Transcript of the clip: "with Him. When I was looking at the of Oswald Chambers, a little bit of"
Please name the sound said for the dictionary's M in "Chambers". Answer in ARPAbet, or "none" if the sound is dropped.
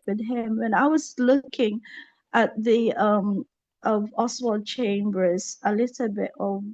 M